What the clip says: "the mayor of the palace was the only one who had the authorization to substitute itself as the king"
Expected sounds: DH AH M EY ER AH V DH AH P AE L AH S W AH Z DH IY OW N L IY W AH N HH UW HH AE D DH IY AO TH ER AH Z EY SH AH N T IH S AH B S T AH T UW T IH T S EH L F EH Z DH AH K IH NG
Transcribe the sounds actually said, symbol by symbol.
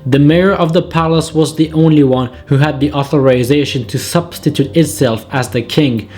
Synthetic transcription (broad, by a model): DH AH M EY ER AH V DH AH P AE L AH S W AH Z DH IY OW N L IY W AH N HH UW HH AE D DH IY AO TH ER AH Z EY SH AH N T IH S AH B S T AH T UW T IH T S EH L F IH Z DH AH K IH NG